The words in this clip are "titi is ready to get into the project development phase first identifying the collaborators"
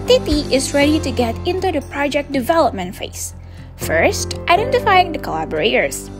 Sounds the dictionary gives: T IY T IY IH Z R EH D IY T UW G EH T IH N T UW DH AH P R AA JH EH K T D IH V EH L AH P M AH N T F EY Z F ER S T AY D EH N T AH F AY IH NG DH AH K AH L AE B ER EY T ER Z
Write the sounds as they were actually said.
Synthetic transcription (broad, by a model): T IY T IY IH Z R EH D IY T UW G EH T IH N T UW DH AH P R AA JH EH K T D IH V EH L AH P M AH N T F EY S F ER S T AY D EH N T AH F AY IH NG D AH K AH L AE B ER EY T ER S